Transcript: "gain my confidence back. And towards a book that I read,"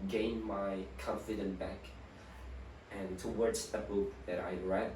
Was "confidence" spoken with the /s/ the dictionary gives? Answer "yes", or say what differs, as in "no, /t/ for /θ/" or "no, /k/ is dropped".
no, /s/ is dropped